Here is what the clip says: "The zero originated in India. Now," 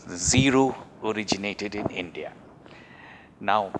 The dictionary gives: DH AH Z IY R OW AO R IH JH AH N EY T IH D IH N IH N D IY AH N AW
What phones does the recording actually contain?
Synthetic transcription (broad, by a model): Z IY R OW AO R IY JH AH N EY T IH D IH N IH N D IY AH N AW